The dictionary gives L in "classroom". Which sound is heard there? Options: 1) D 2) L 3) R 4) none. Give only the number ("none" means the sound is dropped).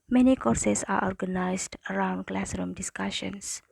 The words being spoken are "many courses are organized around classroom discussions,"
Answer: 2